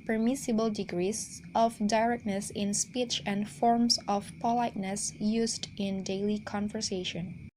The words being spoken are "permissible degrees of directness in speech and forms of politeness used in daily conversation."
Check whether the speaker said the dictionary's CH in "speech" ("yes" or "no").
yes